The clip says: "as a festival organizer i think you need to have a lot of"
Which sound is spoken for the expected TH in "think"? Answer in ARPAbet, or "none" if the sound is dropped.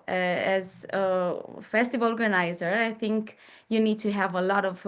TH